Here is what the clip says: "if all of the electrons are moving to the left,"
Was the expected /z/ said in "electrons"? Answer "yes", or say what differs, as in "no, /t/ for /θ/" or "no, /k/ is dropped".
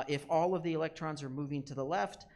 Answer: yes